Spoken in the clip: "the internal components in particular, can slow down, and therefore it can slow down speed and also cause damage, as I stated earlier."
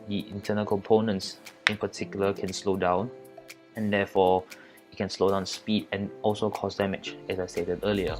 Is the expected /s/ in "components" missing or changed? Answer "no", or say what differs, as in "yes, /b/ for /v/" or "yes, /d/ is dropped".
no